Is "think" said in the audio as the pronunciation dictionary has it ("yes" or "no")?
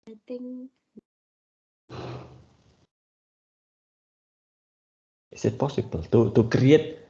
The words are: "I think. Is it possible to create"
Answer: no